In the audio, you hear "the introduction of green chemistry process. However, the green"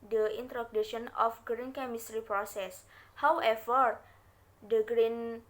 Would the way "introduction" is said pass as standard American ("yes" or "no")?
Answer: no